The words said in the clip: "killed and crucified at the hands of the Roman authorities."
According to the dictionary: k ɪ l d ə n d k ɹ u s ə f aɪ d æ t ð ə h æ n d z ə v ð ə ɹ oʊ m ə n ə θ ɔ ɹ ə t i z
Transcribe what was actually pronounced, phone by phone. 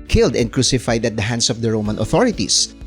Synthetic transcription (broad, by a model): k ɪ l d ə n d k ɹ u s ə f aɪ d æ t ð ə h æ n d s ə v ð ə ɹ oʊ m ə n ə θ ɔ ɹ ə t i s